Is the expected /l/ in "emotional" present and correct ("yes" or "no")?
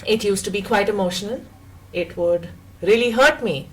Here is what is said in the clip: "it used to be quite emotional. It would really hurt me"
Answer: no